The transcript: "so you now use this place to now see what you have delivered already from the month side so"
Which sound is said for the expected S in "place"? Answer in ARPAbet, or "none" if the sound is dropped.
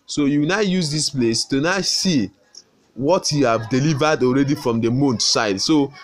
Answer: S